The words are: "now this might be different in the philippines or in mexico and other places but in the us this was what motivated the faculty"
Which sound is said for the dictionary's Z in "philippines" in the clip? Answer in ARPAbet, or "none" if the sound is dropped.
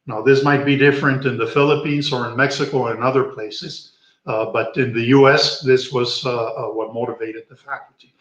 Z